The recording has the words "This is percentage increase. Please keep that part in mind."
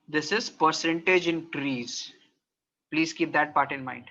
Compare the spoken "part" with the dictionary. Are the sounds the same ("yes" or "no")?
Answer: yes